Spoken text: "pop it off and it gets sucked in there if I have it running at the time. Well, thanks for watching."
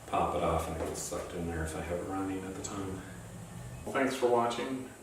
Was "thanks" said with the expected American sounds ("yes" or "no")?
yes